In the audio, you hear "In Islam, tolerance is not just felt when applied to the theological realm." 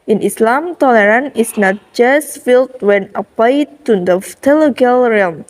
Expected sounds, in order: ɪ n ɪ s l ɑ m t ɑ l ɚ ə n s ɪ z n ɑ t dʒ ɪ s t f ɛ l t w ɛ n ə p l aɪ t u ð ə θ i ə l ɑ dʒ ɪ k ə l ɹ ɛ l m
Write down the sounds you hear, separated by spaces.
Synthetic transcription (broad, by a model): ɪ n ɪ s l ɑ m t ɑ l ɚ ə n ɪ s n ɑ t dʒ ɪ s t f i l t w ɛ n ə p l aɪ t u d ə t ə l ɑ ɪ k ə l ɹ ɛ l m